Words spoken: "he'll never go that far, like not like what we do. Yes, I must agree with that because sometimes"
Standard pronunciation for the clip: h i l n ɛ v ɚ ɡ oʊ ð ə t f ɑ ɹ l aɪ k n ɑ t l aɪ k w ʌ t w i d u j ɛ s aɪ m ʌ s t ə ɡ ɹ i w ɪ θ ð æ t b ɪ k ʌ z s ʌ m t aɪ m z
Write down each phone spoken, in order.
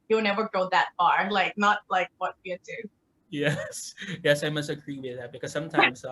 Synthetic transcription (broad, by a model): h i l n ɛ v ɚ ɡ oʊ ð ə t f ɑ ɹ l aɪ k n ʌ t l aɪ k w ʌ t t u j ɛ j ɛ s aɪ m ʌ s t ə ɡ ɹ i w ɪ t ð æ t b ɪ k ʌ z s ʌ m t aɪ m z